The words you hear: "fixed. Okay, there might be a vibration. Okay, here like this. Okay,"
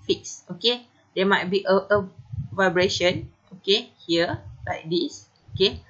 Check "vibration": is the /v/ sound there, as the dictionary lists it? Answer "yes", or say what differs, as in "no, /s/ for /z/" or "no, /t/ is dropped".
yes